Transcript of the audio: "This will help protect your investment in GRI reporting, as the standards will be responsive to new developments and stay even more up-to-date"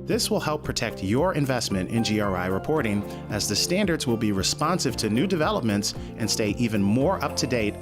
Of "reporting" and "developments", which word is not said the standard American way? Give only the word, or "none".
none